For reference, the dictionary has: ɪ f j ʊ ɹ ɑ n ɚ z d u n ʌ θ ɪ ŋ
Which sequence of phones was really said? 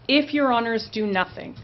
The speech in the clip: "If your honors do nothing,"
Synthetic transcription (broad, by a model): ɪ f j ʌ ɹ ɑ n ɚ z d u n ʌ θ ɪ ŋ